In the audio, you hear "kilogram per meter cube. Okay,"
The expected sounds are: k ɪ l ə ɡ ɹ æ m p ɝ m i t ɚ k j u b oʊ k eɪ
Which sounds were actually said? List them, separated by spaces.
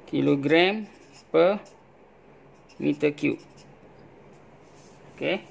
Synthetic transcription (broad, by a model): k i l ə ɡ ɹ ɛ m p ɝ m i t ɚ k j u oʊ k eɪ